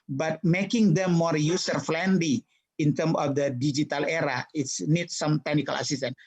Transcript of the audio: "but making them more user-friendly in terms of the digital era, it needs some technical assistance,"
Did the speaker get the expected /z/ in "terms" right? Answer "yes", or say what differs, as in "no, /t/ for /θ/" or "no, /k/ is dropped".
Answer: no, /z/ is dropped